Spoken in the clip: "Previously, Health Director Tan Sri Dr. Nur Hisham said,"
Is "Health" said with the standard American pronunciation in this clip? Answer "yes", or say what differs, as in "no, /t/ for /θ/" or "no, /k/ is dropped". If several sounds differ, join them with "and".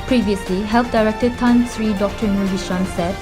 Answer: no, /f/ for /θ/